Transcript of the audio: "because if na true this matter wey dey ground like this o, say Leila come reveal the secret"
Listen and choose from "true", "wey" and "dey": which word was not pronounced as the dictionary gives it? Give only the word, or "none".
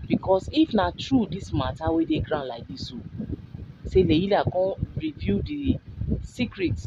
none